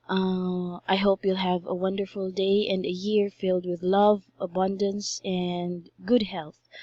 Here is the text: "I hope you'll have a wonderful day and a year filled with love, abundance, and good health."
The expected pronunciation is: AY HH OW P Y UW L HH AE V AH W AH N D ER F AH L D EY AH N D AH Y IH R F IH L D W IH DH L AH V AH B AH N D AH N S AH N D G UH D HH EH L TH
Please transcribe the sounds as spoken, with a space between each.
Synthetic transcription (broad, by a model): AY HH OW P Y UW L HH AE V AH W AH N D ER F AH L D EY AH N D AH Y IH R F IH L D W IH DH L AH V AH B AH N D AH N S AH N D G UH D HH EH L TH